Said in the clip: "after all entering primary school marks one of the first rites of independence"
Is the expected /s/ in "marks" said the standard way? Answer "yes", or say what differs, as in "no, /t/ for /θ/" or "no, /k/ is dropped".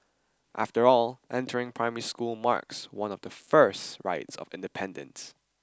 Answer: yes